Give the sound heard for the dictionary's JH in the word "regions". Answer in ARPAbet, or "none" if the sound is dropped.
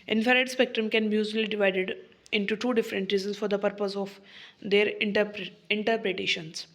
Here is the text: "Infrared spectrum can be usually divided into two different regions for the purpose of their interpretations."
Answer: Z